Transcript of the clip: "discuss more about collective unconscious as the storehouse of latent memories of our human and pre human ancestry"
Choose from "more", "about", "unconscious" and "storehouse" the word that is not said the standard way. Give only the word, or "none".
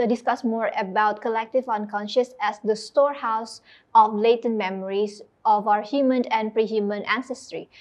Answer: none